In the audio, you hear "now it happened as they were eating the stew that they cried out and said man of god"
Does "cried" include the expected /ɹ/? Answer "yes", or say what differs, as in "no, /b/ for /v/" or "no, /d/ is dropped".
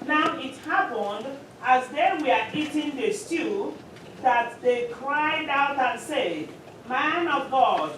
yes